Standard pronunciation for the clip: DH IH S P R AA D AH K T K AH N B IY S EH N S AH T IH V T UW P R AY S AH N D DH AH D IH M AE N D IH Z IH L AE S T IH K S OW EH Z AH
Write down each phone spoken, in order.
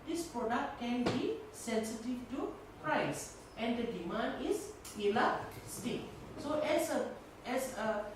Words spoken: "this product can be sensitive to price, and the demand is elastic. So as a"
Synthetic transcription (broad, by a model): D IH S P R AA D AH K T K AH N B IY S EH N S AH T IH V T UW P R AY S AH N D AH D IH M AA N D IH S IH L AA S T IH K S OW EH S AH